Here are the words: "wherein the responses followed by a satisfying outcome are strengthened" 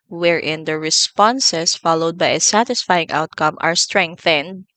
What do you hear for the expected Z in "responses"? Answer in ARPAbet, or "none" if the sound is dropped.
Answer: S